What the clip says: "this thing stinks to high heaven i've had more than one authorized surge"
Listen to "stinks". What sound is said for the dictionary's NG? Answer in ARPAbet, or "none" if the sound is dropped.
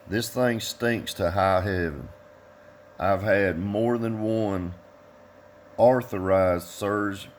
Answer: NG